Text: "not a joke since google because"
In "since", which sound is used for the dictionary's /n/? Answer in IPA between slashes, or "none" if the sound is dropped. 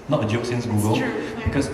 /n/